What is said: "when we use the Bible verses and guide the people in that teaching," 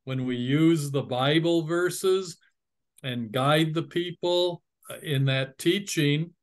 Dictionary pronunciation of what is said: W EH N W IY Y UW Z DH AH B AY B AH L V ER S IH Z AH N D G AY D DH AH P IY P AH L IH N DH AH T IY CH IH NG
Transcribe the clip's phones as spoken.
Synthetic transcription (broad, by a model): W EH N W IY Y UW Z DH AH B AY B L V ER S IH Z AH N G AY D DH AH P IY P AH L IH N DH AH T IY CH IH NG